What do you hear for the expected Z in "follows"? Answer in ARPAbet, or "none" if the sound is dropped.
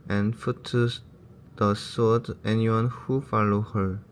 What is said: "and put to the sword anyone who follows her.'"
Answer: none